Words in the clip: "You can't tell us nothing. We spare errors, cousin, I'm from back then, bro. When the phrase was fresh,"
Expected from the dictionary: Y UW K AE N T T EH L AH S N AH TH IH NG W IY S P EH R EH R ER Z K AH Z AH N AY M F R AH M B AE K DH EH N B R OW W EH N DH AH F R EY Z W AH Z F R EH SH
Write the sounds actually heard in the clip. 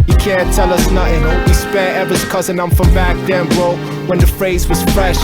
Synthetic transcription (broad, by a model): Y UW K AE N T T EH L AH S N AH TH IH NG W IY S P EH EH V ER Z K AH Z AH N AY M F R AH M B AE K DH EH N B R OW W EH N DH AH F R EY Z W AH Z F R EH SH